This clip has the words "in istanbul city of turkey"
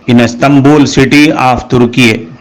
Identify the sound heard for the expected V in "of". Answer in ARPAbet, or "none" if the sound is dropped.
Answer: F